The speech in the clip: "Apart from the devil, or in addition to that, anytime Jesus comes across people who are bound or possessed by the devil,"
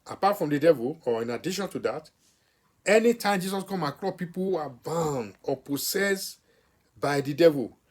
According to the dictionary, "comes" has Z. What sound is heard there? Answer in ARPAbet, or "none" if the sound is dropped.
none